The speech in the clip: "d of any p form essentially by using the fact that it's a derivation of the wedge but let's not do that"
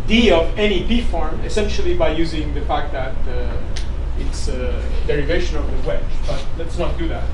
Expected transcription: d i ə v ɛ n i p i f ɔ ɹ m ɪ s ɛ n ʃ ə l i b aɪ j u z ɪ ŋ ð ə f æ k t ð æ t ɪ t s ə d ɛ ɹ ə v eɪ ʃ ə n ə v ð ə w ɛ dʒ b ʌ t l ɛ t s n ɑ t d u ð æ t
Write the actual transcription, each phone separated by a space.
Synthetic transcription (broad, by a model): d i ə v ɛ n i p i f ɔ ɹ m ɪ s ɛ n ʃ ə l i b aɪ j u z ɪ ŋ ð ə f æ k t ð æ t ɪ t s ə d ɛ ɹ ə v eɪ ʃ ə n ə v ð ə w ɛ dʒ b ʌ t l ɛ t s n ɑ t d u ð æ t